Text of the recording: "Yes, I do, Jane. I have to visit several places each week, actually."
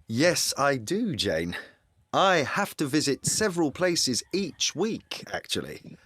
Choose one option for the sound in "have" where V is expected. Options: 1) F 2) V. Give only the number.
1